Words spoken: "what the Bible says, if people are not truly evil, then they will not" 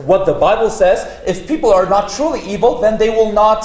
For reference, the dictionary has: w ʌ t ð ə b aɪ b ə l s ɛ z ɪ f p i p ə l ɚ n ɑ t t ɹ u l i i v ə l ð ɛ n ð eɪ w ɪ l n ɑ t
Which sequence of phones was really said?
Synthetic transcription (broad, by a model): w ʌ t ð ə b aɪ b ə l s ɛ z ɪ f p i p l ɚ n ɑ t t ɹ u l i i v ə l ð ɛ n ð eɪ w ɪ l n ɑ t